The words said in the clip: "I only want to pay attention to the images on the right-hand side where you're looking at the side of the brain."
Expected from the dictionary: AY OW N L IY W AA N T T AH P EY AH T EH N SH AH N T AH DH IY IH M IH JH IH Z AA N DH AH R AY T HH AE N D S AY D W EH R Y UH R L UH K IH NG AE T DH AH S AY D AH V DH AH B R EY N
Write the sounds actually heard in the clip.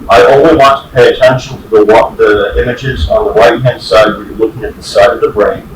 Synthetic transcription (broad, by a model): AY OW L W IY W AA N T T AH P EY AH T EH N SH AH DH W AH DH IY IH M IH JH IH Z N DH AH R AY T HH AE N D S AY D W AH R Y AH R L UH K IH NG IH T DH AH S AY D AH V DH AH B R EY N